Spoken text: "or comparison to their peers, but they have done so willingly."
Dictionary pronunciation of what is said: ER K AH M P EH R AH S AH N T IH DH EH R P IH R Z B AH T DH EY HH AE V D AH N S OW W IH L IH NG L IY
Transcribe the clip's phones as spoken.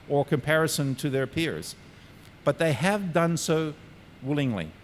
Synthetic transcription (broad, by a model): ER K AH M P EH R AH S AH N T IH DH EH R P IH R Z B AH T DH EY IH V D AH N S OW W IH L IH NG L IY